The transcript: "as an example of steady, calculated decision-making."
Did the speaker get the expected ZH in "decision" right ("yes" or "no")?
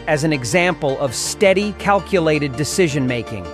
yes